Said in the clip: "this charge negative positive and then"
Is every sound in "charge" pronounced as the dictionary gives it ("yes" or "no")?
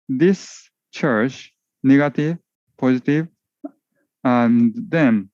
no